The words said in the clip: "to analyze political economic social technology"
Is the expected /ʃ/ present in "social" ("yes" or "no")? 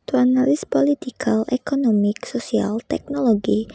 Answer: no